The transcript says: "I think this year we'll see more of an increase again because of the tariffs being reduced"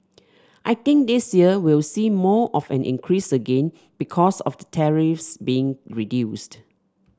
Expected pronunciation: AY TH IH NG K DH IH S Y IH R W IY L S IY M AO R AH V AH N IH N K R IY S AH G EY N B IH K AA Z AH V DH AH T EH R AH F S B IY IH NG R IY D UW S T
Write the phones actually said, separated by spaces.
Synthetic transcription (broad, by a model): AY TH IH NG K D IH S Y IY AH W IY L S IY M AO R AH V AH N IH N K R IY S AH G EY N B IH K AA S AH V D AH T EH R AH F S B IY IH NG R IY D UW S T